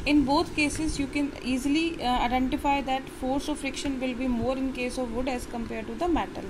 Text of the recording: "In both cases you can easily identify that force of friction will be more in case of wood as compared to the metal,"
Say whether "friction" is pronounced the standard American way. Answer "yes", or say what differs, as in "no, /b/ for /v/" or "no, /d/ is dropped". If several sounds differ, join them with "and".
yes